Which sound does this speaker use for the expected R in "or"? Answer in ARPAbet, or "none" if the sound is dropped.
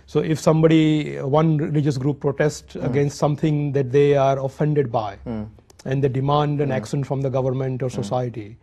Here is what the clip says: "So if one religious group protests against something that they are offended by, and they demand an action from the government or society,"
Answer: R